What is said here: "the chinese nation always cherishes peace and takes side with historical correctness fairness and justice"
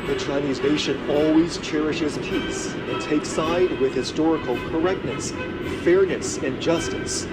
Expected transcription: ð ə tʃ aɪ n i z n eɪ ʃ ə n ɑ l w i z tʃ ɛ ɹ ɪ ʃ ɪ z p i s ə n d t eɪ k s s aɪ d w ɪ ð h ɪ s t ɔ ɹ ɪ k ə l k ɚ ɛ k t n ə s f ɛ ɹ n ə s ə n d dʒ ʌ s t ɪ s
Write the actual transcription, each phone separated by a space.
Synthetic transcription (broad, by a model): ð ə tʃ aɪ n i z n eɪ ʃ ə n ɑ l w i z tʃ ɛ ɹ ɪ ʃ ɪ z p i s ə n t eɪ k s s aɪ d w ɪ ð h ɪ s t ɔ ɹ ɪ k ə l k ɚ ɛ k t n ə s f ɛ ɹ n ə s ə n dʒ ʌ s t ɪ s